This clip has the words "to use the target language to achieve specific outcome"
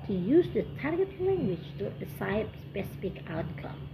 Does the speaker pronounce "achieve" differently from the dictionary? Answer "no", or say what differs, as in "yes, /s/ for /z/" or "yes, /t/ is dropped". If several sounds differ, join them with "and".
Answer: yes, /s/ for /tʃ/ and /p/ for /v/